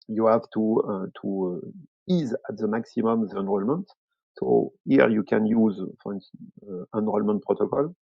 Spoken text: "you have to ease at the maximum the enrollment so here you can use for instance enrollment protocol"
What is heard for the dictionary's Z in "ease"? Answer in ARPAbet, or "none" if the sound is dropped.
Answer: Z